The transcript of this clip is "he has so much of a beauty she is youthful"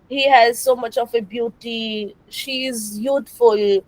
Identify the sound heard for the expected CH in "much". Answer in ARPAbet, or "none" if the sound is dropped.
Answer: CH